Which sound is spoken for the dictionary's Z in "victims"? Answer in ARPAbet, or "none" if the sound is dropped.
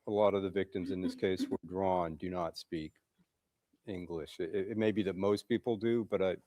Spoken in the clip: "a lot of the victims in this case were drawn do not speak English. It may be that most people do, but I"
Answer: Z